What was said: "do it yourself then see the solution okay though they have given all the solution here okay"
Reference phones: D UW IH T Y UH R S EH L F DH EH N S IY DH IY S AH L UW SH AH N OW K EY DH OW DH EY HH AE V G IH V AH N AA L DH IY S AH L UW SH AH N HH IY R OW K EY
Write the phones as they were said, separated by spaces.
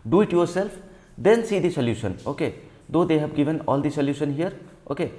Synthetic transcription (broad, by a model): D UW IH T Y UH R S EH L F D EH N S IY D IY S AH L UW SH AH N OW K EY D OW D EY HH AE B G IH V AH N AA L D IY S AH L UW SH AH N HH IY R OW K EY